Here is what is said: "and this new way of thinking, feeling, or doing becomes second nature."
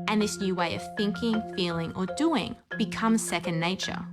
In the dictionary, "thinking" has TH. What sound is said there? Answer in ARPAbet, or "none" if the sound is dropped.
TH